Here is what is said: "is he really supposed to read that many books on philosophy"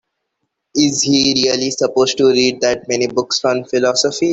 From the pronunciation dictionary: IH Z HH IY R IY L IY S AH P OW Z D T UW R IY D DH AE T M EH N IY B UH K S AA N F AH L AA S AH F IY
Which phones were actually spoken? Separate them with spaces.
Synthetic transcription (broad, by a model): IH Z HH IY R IY L IY S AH P OW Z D T UW R IY D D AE T M EH N IY B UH K S AA N F AH L AA S AH F IY